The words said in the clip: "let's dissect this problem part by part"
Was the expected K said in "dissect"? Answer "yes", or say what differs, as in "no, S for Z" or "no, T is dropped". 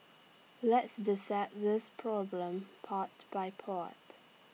no, K is dropped